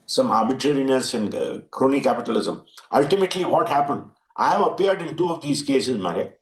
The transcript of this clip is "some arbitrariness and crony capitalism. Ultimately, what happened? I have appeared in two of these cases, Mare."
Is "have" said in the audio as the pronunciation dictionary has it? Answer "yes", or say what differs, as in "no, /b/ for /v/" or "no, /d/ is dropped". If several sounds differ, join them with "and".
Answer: no, /p/ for /v/